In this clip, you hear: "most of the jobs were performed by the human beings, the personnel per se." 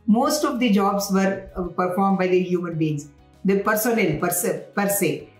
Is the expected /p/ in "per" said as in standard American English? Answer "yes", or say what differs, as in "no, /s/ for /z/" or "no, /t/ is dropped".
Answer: yes